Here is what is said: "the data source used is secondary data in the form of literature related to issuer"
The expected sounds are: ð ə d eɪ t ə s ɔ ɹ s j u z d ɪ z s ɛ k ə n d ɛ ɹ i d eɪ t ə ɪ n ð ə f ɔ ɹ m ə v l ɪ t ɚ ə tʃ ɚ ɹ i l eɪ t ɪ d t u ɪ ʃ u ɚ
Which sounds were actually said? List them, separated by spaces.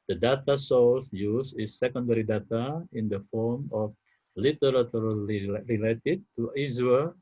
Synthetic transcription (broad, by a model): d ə d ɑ t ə s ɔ l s j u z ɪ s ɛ k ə n d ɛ ɹ i d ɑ t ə ɪ n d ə f ɔ ɹ m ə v l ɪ t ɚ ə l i ɹ i l eɪ t ɪ d t u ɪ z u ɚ